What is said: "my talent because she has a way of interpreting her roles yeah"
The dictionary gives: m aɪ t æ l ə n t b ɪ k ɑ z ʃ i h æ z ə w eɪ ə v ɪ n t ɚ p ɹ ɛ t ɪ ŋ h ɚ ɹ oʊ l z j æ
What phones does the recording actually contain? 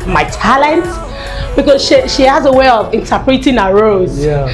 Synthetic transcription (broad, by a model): m aɪ t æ l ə n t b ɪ k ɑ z ʃ i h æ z ə w eɪ ə v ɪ n t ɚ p ɹ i t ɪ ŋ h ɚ ɹ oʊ z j